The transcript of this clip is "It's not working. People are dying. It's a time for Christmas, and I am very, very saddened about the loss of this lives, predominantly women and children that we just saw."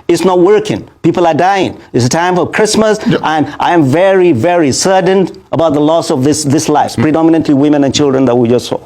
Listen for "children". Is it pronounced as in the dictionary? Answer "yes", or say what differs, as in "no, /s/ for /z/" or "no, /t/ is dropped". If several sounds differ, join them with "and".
yes